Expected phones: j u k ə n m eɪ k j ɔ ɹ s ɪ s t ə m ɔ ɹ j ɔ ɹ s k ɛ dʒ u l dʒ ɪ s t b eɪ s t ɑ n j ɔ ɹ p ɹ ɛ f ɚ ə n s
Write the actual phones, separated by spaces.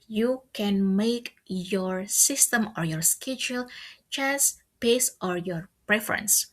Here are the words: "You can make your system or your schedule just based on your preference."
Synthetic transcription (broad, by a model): j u k ə n m eɪ k j ɔ ɹ s ɪ s t ə m ɔ ɹ j ɔ ɹ s k ɛ dʒ u l tʃ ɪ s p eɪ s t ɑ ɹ j ɔ ɹ p ɹ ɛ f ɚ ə n s